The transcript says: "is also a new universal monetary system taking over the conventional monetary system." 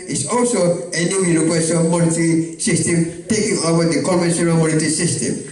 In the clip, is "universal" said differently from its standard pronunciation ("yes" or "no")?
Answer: yes